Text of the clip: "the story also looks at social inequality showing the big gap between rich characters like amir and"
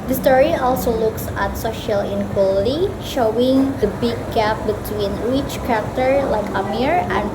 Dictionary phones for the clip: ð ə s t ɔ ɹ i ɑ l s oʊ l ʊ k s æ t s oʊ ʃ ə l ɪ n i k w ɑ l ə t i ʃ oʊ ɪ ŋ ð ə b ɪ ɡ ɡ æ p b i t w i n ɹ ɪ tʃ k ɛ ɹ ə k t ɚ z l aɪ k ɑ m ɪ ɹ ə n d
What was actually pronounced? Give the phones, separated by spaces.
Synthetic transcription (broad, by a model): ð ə s t ɔ ɹ i ɑ l s oʊ l ʊ k s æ t s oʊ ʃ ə l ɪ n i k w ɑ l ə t i ʃ oʊ ɪ ŋ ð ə b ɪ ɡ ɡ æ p b i t w i n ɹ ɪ tʃ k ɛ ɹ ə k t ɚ l aɪ k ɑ m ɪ ɹ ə n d